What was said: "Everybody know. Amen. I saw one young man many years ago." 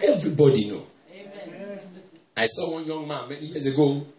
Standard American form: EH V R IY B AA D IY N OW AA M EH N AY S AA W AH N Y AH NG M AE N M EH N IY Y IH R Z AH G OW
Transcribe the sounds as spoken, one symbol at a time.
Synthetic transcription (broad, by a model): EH V R IY B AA D IY N OW AA IH S AA W AH N Y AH NG M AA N M EH N IY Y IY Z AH G OW